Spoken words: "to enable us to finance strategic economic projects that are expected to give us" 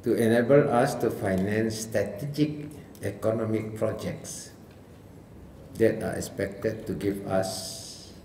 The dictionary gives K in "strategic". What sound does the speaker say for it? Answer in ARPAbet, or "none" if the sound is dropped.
K